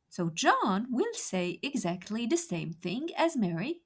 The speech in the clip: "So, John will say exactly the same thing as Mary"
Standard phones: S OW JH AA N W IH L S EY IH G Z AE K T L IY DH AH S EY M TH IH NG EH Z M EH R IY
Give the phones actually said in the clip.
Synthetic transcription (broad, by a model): S OW JH AA N W IH L S EY IH G Z AE K T L IY DH AH S EY M TH IH NG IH Z M EH R IY